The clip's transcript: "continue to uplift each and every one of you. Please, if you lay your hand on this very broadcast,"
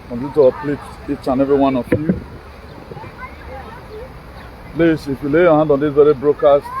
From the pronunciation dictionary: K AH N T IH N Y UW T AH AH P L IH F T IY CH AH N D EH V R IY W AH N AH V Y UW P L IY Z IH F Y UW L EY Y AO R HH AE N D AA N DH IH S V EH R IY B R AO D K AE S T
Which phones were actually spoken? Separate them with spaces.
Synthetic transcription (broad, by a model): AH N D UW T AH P L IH T IY CH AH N EH V R IY W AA N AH F Y UW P L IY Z IH F Y UW L EY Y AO HH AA N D AA N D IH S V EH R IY B R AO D K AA S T